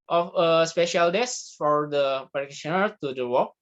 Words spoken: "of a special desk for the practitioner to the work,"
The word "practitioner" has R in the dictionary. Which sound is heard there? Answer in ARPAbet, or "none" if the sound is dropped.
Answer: none